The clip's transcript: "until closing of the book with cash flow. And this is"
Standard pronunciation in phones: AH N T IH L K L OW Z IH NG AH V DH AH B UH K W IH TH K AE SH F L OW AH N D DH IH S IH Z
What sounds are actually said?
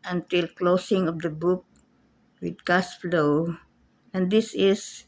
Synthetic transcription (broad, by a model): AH N T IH L K L OW S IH NG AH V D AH B UH K W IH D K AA S F L OW AH N D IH S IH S